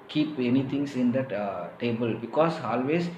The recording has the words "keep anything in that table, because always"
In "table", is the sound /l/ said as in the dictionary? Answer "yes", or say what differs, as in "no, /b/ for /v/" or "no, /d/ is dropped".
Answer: yes